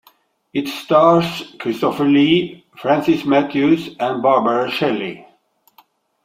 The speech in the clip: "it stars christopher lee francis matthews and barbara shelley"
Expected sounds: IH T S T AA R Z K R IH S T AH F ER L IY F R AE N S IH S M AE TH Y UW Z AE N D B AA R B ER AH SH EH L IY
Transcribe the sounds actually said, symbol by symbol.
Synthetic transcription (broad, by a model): IH T S T AA R S K R IH S T AH F ER L IY F R AE N S IH S M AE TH Y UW S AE N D B AA R B ER AH SH EH L IY